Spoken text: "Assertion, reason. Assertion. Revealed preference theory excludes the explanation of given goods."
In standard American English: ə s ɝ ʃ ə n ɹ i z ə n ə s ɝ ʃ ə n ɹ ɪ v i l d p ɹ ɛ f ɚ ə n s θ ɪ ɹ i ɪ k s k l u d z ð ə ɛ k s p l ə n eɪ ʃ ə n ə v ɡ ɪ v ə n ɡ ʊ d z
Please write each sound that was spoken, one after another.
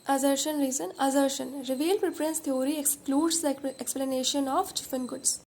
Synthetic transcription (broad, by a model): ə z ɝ ʃ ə n ɹ i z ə n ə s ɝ ʃ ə n ɹ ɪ v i l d p ɹ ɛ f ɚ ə n s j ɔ ɹ i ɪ k s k l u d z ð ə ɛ k s p l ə n eɪ ʃ ə n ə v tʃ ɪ f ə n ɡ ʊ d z